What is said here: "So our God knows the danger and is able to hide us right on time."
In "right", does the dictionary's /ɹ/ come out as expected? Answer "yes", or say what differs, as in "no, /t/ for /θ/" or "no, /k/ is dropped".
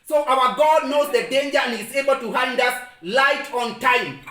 no, /l/ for /ɹ/